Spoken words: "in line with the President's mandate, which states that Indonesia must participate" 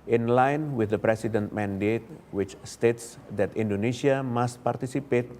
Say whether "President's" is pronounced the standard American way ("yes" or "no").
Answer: no